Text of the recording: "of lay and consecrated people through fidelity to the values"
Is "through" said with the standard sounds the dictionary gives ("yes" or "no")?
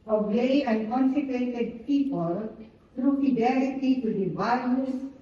no